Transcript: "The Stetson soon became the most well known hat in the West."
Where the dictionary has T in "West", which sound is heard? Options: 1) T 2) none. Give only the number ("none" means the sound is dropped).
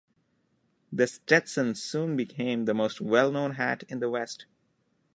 1